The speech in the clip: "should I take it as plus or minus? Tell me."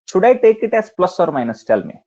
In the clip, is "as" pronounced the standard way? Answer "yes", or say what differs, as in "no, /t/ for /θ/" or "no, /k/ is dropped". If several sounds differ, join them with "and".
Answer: no, /s/ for /z/